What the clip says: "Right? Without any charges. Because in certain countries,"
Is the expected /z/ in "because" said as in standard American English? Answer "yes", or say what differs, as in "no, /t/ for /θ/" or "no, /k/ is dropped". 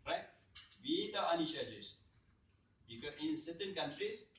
no, /z/ is dropped